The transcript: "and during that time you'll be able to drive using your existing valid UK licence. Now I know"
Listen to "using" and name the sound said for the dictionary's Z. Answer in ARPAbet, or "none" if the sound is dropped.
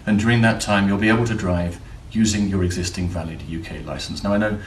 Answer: Z